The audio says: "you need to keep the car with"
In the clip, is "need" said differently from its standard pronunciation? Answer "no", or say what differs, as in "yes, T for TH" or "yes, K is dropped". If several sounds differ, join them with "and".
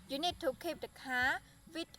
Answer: no